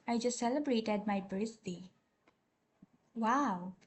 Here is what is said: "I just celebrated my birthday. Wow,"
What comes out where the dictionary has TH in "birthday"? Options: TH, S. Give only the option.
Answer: S